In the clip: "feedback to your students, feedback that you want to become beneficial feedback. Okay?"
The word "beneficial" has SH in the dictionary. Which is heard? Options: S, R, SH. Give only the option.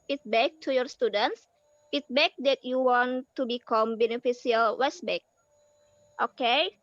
S